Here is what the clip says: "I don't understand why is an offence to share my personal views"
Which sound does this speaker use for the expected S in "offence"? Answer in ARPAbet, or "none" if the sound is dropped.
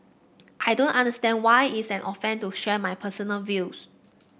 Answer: none